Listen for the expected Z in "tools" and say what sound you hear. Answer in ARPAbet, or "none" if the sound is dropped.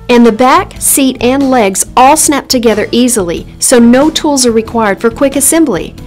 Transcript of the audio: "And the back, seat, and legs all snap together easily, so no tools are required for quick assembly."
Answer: Z